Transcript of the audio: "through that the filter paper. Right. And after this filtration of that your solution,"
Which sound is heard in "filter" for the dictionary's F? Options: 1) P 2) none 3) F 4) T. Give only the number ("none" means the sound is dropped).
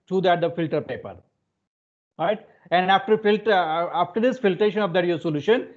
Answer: 3